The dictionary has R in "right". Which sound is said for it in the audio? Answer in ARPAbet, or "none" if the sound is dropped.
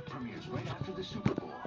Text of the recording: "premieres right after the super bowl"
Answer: W